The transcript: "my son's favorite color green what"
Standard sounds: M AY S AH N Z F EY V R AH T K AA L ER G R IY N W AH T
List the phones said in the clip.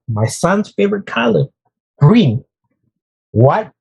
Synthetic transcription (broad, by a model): M AY S AH N Z F EY V R AH T K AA L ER G R IY N W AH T